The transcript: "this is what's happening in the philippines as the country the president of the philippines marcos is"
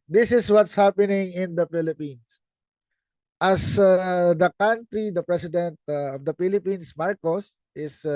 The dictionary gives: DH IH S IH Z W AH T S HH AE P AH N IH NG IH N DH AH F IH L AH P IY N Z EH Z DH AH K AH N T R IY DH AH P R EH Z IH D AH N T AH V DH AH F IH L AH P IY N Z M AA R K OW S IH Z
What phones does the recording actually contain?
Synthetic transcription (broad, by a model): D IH S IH S W AH T S HH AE P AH N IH NG IH N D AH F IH L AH P IY N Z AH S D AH K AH N T R IY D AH P R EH S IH D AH N T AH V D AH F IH L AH P IY N S M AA R K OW S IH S